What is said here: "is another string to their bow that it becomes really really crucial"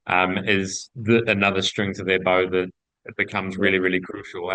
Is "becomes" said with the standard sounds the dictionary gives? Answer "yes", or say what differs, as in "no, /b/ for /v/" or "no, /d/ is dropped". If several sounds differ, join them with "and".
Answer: yes